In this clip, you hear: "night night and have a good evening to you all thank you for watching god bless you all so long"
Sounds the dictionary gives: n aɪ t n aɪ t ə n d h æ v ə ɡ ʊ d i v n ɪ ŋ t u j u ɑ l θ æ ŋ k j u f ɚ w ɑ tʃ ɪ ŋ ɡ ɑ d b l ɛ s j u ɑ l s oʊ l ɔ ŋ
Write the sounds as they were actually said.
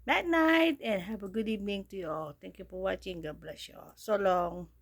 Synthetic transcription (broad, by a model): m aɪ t n aɪ t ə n h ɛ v ə ɡ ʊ d i v n ɪ ŋ t u j u ɑ l t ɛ ŋ k j u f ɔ w ɑ tʃ ɪ ŋ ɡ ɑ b l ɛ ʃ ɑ s oʊ l ɔ ŋ